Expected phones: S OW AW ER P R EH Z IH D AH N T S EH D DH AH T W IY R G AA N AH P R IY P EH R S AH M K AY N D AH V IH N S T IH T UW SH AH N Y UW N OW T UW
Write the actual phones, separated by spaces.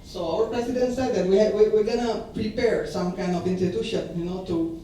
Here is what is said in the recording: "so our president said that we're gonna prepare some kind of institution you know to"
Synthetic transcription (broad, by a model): S OW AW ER P R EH S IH D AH N S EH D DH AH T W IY W G AA N AH P R IY P EH R S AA M K AY N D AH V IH N S T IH T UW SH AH N Y UW N OW T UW